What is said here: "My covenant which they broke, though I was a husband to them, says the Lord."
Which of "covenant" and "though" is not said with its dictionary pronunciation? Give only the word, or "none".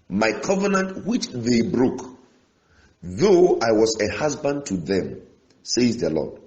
none